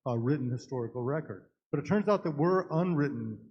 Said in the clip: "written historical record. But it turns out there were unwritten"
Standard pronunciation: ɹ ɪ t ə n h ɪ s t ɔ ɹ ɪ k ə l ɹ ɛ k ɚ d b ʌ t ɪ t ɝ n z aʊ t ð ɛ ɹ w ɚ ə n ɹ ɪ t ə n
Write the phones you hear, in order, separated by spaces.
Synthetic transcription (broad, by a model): ɹ ɪ t n h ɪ s t ɔ ɹ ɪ k l ɹ ɛ k ɚ d b ʌ t ɪ t ɝ n z aʊ t ð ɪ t w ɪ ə n ɹ ɪ t n